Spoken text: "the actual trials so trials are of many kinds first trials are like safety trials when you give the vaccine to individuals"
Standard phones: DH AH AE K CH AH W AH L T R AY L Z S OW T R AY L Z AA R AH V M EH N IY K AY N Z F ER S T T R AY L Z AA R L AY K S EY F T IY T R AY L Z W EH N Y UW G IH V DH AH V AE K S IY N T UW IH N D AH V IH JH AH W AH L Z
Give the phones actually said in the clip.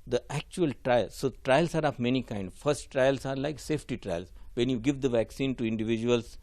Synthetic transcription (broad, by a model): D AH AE K CH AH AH L T R AY L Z S OW T R AY L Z AA R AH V M EH N IY K AY N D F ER S T T R AY L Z AA R L AY K S EY F T IY T R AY L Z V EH N Y UW G IH V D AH V AE K S IY N T UW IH N D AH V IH JH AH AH L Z